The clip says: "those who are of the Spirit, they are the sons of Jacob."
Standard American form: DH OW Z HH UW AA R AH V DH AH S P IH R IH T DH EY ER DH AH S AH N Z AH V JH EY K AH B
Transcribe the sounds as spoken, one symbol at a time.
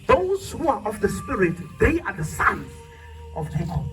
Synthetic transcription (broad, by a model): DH OW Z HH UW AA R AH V DH AH S P IH R IH T DH EY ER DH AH S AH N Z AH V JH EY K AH